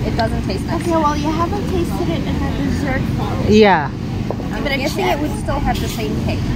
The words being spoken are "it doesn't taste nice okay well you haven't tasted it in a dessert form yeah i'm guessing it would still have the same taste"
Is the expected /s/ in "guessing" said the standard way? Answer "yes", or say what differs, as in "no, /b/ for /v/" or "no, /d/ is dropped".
no, /θ/ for /s/